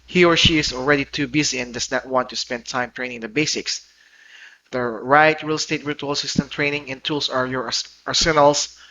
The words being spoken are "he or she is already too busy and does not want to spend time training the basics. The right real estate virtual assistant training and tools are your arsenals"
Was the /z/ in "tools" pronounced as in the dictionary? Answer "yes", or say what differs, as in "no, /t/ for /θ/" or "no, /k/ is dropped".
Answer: no, /s/ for /z/